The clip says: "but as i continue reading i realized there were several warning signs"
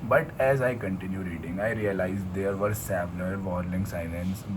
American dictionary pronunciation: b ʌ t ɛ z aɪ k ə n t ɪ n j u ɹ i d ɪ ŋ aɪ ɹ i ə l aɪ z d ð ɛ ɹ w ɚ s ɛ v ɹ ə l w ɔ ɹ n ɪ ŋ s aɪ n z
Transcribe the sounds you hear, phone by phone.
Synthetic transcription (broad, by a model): b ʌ t ɛ z aɪ k ə n t ɪ n j u ɹ i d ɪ ŋ aɪ ɹ i ə l aɪ z d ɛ ɹ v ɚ s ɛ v l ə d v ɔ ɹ l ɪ ŋ s aɪ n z